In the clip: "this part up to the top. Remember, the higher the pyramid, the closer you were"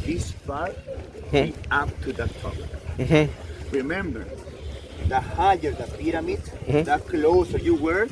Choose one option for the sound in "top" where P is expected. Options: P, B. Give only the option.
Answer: B